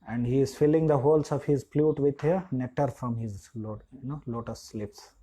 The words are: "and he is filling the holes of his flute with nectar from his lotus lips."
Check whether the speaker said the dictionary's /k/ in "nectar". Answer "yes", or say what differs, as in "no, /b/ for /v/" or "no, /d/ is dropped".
no, /k/ is dropped